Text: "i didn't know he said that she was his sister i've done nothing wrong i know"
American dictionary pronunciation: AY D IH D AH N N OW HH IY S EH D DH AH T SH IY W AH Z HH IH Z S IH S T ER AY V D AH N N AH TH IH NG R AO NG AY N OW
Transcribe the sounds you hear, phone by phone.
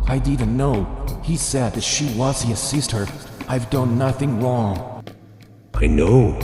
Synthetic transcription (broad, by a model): AY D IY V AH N N OW HH IY S EH D DH AH T SH IY W AH Z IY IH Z S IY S T ER AY V D AH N N AH TH IH NG R AO NG AY N OW